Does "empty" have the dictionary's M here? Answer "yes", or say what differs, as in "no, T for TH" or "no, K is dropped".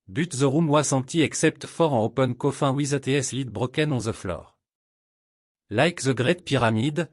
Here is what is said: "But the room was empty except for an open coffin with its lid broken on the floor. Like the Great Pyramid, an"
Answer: no, M is dropped